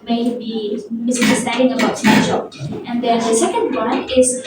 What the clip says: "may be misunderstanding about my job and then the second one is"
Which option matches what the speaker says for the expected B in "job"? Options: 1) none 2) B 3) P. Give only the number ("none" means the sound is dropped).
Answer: 1